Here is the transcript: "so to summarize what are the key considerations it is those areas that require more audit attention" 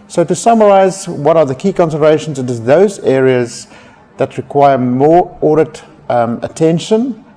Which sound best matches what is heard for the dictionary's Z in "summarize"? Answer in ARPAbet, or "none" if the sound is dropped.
Z